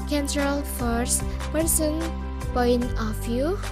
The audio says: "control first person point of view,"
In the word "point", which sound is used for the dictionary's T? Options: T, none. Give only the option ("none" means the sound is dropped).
none